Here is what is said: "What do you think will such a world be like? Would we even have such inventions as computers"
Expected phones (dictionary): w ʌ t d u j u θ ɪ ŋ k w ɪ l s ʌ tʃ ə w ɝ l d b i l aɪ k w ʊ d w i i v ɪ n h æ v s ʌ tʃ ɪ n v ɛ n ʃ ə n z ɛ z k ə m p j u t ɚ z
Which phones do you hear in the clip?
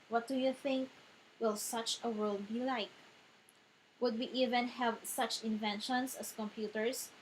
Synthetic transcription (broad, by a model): w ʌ t d u j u θ ɪ ŋ k w ɪ l s ʌ tʃ ə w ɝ l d b i l aɪ k w ʊ d w i i v ɪ n h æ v s ʌ tʃ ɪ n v ɛ n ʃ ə n s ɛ s k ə m p j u t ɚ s